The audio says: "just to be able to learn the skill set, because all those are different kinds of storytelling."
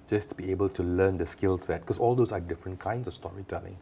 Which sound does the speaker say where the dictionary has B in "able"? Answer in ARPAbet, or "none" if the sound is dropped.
B